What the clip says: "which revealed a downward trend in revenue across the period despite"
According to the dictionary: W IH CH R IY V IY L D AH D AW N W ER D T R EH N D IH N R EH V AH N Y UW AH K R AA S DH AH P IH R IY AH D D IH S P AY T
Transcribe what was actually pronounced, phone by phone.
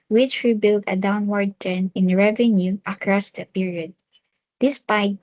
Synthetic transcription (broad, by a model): W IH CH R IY B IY L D AH D AW N W ER D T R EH N IH N R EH V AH N Y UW AH K R AA S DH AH P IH R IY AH D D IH S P AY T